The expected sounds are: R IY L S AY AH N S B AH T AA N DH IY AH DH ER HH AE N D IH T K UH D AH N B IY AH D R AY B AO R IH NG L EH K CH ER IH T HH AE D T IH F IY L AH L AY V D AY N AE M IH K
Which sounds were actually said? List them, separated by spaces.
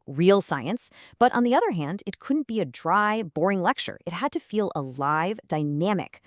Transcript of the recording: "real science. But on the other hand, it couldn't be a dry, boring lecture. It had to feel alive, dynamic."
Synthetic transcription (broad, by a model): R IY L S AY AH N S B AH T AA N DH IY AH DH ER HH AE N D IH T K UH D N B IY AH D R AY B AO R IH NG L EH K CH ER IH T HH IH D T IH F IY L AH L AY V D AY N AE M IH K